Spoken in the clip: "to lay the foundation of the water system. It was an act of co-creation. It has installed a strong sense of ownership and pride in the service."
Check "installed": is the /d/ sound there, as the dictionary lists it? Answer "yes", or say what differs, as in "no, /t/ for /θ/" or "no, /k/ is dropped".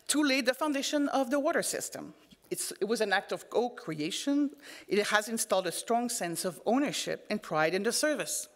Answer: yes